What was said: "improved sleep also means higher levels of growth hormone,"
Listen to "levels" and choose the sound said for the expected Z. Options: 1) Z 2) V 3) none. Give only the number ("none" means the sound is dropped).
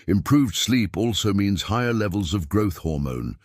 1